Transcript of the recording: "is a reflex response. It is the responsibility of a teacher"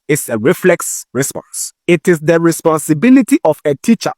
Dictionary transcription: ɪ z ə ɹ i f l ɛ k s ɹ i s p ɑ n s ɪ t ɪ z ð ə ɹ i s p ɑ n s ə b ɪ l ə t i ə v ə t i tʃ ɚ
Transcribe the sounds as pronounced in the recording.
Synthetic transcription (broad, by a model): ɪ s ə ɹ i f l ɛ k s ɹ i s p ɑ n s ɪ t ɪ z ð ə ɹ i s p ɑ n s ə b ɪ l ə t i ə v ə t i tʃ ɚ